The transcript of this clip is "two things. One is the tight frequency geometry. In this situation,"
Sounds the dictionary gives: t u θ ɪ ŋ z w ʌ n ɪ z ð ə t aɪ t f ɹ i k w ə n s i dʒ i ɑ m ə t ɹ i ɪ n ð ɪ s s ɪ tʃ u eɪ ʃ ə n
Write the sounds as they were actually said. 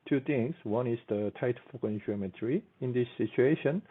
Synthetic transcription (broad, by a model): t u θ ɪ ŋ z w ʌ n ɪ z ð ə t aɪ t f ɔ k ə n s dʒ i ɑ m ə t ɹ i ɪ n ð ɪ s s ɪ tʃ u eɪ ʃ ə n